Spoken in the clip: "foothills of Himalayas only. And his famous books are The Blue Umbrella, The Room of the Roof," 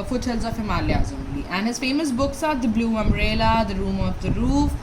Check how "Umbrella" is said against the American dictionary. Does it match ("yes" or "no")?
no